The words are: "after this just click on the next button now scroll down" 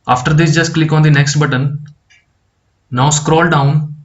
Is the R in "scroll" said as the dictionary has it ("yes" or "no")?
yes